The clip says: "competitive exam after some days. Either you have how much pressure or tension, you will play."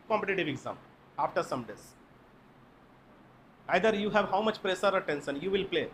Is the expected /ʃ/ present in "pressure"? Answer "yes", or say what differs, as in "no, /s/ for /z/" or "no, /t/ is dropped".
no, /s/ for /ʃ/